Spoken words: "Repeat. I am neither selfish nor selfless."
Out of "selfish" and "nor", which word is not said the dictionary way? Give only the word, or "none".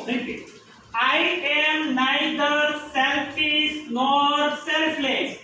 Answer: selfish